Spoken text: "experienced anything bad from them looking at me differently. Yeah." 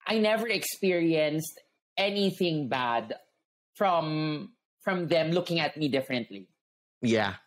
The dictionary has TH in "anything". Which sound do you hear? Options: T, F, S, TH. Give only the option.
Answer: TH